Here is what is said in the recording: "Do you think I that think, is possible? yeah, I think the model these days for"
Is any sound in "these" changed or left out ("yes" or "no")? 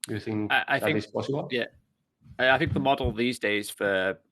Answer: no